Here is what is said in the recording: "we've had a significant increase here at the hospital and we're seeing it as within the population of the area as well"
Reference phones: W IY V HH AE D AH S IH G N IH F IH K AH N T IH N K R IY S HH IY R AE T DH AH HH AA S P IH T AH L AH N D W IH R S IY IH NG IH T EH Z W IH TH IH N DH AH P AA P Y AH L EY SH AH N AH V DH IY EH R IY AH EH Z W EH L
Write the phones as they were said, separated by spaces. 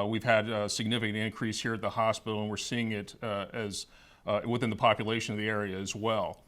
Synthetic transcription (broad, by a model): W IY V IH D S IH G N IH F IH K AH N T IH N K R IY S HH IY R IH T DH AH HH AA S P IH T L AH N W IH R S IY IH NG IH T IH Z W IH TH IH N DH AH P AA P Y AH L EY SH AH N AH V DH IY EH R IY AH Z W EH L